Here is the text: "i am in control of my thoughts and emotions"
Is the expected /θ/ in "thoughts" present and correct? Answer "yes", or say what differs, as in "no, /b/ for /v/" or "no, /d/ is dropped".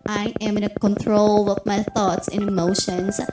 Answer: yes